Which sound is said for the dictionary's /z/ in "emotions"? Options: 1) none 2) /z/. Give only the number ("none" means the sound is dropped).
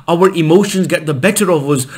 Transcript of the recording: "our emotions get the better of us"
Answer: 2